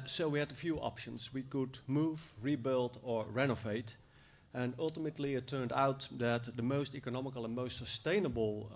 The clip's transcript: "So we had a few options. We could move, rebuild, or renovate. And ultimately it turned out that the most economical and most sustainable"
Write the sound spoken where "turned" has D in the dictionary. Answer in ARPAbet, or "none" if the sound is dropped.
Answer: D